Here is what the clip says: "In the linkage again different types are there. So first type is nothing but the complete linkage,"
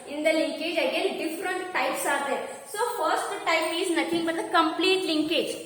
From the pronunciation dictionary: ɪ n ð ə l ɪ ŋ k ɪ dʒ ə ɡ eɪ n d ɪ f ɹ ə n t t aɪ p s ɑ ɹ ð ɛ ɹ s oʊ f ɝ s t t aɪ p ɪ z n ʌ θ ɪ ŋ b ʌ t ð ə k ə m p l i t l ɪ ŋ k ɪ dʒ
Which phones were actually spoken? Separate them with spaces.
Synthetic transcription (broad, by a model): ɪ n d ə l ɪ ŋ k ɪ dʒ ə ɡ eɪ n d ɪ f ɹ ə n t t aɪ p s ɑ ɹ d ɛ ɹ s oʊ f ɝ s t t aɪ p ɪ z n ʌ t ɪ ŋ b ʌ t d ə k ə m p l i t l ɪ ŋ k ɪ dʒ